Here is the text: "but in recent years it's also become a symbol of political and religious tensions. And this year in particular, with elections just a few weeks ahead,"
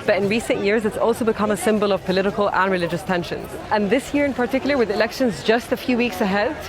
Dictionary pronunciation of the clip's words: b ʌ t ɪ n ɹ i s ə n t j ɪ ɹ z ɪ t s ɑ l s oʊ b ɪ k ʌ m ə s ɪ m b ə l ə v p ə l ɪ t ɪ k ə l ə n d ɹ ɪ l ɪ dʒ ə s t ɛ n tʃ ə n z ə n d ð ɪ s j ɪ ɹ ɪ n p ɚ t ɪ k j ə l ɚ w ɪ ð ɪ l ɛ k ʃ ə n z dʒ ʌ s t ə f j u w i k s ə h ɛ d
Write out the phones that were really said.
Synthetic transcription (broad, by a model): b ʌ t ɪ n ɹ i s ə n t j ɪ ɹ z ɪ t s ɑ l s oʊ b ɪ k ʌ m ə s ɪ m b ə l ə v p ə l ɪ t ɪ k ə l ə n ɹ ɪ l ɪ dʒ ə s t ɛ n ʃ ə n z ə n ð ɪ s j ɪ ɹ ɪ n p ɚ t ɪ k j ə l ɚ w ɪ ð ɪ l ɛ k ʃ ə n z dʒ ʌ s t ə f j u w i k s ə h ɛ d